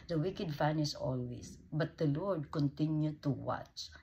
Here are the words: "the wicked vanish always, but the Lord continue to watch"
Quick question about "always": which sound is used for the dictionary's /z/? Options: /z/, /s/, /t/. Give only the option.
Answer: /s/